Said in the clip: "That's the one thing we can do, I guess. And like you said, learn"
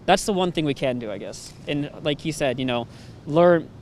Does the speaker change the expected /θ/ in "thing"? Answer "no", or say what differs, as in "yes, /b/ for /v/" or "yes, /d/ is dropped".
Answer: no